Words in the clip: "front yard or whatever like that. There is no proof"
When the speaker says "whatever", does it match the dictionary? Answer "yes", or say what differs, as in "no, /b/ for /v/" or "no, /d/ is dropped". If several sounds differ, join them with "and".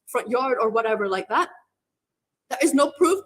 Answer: yes